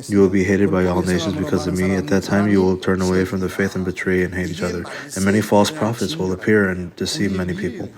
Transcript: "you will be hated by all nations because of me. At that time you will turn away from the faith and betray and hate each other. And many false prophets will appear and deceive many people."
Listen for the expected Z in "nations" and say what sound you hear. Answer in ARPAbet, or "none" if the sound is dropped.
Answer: Z